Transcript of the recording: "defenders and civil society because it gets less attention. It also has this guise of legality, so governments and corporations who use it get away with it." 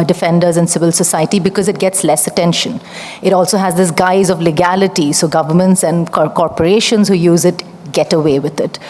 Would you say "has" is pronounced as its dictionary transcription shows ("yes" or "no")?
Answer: yes